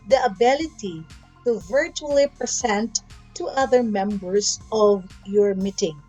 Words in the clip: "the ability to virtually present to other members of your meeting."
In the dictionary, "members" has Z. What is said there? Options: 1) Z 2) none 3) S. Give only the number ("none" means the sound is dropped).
3